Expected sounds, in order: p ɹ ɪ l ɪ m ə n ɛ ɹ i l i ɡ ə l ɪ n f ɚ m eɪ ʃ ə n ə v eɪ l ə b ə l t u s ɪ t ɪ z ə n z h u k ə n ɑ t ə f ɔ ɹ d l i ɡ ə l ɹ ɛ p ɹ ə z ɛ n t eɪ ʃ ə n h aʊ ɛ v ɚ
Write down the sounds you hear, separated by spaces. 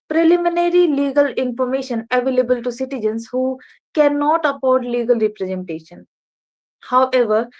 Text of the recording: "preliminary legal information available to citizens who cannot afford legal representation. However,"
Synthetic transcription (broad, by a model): p ɹ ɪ l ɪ m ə n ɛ ɹ i l i ɡ ə l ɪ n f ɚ m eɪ ʃ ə n ə v eɪ l ə b ə l t u s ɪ t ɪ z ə n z h u k ə n ɑ t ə p ɔ ɹ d l i ɡ ə l ɹ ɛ p ɹ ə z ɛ n t eɪ ʃ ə n h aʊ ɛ v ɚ